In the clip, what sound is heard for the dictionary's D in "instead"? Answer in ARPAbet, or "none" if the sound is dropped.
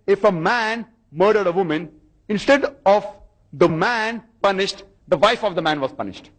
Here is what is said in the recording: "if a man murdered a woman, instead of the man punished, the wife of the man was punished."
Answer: D